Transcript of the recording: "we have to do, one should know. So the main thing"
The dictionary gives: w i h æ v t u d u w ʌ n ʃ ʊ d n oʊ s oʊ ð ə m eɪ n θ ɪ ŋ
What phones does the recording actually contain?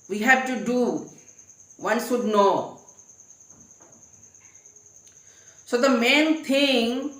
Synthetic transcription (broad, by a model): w i h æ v t u d u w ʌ n s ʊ d n oʊ s oʊ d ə m eɪ n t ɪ ŋ